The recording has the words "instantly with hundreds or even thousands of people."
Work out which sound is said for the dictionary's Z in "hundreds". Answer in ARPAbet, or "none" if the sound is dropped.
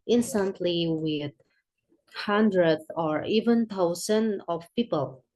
none